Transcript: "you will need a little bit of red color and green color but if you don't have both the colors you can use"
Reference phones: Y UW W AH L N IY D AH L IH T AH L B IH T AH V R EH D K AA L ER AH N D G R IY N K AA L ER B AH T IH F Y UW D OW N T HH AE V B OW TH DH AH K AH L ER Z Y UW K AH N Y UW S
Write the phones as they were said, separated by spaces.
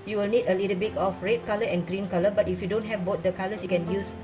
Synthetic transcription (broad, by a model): Y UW W AH L N IY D AH L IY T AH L B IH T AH F R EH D K AA L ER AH N G R IY N K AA L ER B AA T IH F Y UW D OW N T HH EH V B OW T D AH K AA L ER S Y UW K AH N Y UW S